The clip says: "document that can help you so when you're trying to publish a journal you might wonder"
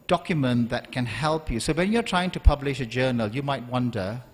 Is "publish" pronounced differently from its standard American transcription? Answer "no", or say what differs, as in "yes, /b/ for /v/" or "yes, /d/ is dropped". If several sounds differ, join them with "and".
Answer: no